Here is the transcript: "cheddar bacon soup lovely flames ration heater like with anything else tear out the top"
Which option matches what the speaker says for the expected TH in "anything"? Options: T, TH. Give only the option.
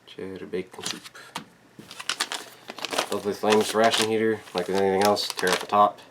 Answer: TH